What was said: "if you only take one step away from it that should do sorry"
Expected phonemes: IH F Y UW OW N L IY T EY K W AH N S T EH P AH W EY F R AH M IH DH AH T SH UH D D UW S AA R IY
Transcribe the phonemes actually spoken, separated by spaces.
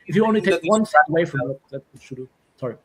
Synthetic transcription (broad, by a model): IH F Y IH OW N L IY T EY K W AH N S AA AH W EY F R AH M IH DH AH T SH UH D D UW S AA R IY